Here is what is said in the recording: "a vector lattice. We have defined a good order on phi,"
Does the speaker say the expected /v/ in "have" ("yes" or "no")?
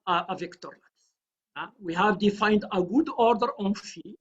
yes